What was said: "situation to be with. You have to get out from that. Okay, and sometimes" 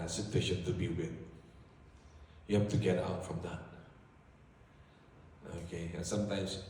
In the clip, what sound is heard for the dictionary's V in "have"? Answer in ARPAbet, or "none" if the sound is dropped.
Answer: F